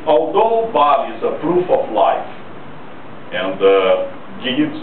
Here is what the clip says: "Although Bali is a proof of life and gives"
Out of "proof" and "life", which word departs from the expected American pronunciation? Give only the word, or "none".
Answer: none